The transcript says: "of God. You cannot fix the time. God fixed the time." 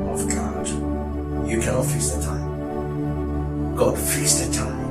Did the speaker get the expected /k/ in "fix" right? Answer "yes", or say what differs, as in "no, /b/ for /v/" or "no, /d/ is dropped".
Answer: no, /k/ is dropped